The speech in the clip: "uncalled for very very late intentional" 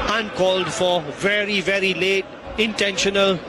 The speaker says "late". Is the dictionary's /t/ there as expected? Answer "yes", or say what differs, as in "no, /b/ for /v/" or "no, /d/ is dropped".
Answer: yes